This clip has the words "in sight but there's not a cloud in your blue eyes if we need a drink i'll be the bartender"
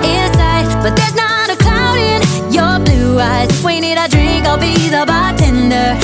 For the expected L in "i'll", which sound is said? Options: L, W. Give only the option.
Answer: L